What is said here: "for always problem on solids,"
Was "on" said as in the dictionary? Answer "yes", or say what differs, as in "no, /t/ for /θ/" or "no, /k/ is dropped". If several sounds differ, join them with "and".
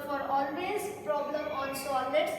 no, /l/ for /n/